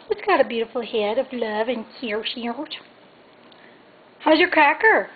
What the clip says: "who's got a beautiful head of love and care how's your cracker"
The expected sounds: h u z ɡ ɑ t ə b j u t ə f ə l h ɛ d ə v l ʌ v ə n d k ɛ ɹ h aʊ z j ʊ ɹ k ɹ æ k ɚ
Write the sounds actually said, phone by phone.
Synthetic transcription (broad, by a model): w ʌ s ɡ ɑ t ə b j u t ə f l h ɛ d ə v l ʌ v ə n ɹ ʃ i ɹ h aʊ z j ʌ ɹ k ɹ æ k ɚ